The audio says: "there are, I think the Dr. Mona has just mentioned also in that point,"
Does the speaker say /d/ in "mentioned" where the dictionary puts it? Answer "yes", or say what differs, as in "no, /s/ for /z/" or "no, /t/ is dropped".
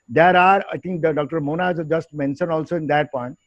no, /d/ is dropped